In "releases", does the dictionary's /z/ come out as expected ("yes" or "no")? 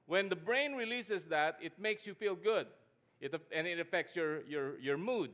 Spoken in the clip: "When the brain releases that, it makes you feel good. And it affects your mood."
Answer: no